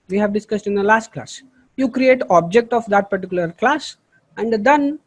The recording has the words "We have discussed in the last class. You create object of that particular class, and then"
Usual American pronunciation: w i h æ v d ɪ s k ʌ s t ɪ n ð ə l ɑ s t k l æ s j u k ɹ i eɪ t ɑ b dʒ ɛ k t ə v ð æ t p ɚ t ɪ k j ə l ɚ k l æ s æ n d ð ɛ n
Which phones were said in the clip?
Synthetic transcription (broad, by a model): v i h æ v d ɪ s k ʌ s t ɪ n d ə l ɑ s t k l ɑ s j u k ɹ i eɪ t ɑ b dʒ ɛ k t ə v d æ t p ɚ t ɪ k j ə l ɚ k l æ s æ n d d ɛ n